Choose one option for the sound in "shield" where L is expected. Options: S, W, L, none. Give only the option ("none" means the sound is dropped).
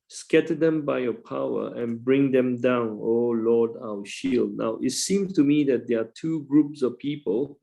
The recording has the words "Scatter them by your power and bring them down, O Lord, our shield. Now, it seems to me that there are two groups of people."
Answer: L